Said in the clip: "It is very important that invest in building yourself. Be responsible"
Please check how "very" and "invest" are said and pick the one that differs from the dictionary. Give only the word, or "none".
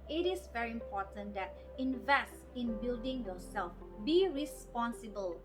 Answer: none